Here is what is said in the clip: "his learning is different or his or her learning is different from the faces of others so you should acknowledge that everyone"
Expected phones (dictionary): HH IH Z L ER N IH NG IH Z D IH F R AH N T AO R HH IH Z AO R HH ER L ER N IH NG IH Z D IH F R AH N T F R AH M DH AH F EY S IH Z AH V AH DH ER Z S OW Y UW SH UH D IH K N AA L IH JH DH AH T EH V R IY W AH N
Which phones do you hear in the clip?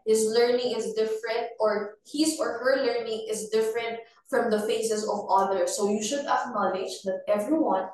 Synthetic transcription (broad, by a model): HH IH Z L ER N IH NG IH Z D IH F R AH N T AO R HH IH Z AO R HH ER L ER N IH NG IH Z D IH F R AH N T F R AH M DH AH F EY S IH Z AH V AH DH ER S OW Y UW SH UH D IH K N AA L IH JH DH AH T EH V R IY W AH N